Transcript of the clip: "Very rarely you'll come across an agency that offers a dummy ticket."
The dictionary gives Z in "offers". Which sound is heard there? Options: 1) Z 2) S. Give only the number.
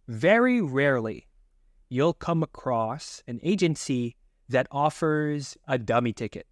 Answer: 1